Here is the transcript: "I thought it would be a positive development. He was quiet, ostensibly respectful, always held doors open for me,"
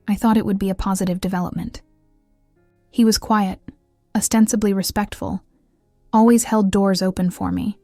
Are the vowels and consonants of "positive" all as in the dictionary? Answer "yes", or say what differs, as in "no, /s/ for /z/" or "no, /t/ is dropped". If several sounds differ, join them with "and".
yes